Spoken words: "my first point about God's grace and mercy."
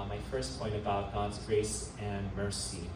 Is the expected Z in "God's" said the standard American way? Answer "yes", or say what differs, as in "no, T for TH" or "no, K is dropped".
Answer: yes